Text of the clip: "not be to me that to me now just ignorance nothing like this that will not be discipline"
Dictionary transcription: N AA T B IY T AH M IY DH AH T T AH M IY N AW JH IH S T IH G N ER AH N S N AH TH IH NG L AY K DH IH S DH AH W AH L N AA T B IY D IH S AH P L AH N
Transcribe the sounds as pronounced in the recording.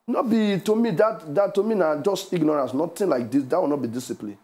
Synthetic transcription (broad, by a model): N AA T B IY T AH M IY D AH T T AH M IY N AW JH IH S T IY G N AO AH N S N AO T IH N L AY K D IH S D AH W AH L N AA T B IY D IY S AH P L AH N